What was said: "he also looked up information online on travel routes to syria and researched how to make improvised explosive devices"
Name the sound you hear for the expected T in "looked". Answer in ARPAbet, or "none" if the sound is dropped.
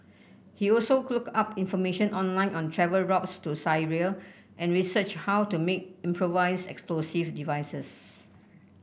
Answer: none